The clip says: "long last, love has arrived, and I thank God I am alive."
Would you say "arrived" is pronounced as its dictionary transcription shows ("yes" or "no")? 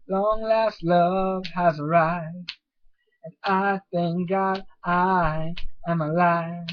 no